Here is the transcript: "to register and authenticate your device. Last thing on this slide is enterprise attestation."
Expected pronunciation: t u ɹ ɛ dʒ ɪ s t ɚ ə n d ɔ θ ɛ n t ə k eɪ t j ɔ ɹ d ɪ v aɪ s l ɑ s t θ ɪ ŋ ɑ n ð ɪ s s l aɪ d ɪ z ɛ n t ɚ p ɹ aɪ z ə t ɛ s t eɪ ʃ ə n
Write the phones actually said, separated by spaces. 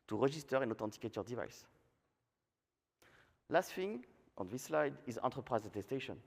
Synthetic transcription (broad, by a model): t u ɹ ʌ ʒ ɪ s t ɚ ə n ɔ t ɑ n t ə k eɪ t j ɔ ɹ d ɪ v aɪ s l ɑ s t f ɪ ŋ ɑ n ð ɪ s s l aɪ d ɪ z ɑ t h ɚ p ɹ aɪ z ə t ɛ s t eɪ ʃ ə n